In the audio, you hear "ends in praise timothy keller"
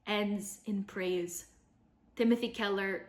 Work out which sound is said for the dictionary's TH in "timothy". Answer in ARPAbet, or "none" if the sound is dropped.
TH